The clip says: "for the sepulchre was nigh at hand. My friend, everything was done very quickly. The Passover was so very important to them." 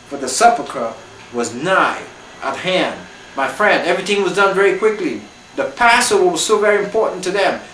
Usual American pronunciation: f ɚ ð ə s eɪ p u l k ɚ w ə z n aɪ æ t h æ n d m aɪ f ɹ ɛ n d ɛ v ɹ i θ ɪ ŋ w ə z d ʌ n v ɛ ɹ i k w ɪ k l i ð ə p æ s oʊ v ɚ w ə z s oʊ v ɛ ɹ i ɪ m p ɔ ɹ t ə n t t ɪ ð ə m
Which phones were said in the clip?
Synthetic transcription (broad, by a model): f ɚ ð ə s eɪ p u k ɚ w ə z n aɪ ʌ t h æ n d m aɪ f ɹ ɛ n d ɛ v ɹ i θ ɪ ŋ w ə z d ʌ n v ɛ ɹ i k w ɪ k l i ð ə p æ s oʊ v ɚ w ə z s oʊ v ɛ ɹ i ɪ m p ɔ ɹ t n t t ɪ ð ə m